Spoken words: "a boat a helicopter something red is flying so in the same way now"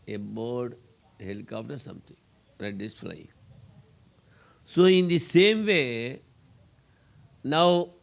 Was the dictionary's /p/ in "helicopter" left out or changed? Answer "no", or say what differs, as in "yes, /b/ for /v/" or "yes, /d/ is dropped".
yes, /f/ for /p/